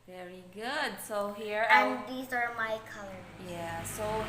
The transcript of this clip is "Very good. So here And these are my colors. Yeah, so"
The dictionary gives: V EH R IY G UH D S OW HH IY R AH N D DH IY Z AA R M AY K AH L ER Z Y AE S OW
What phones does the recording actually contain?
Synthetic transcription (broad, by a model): V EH R IY G UH D S OW HH IY R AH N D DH IY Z AA R M AY K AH L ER Y AE S OW